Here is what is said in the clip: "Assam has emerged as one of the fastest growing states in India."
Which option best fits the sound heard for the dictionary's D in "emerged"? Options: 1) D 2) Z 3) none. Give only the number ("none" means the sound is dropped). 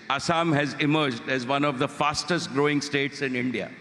1